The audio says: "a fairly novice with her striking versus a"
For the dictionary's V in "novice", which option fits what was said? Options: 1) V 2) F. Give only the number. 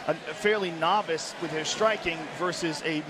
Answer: 1